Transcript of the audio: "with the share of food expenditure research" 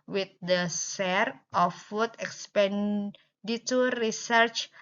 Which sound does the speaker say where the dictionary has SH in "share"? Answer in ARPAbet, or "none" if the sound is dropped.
S